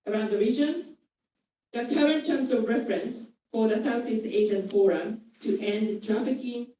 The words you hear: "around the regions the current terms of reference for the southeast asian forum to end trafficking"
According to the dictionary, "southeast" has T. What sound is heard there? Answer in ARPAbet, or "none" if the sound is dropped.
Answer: none